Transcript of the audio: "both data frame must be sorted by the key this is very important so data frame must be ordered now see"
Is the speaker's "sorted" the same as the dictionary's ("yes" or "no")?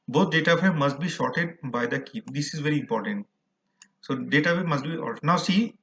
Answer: no